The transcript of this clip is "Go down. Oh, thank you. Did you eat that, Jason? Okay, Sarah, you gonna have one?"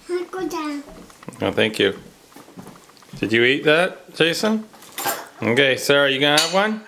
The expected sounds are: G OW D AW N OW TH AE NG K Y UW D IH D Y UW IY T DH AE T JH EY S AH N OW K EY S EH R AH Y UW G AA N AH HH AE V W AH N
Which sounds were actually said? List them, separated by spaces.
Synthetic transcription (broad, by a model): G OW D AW OW TH AE NG K Y UW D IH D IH IY T DH AE T JH EY S AH N OW K EY S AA R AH Y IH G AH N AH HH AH V W AH N